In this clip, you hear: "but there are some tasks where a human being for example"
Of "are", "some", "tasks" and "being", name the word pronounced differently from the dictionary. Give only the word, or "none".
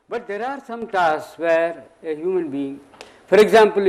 tasks